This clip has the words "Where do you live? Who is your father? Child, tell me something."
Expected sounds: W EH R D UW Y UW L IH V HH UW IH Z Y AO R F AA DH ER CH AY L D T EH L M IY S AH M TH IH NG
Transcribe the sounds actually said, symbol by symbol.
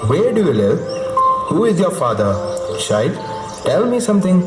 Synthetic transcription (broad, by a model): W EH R D UW Y UW L IH V HH UW IH Z Y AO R F AA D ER SH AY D T EH L M IY S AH M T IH NG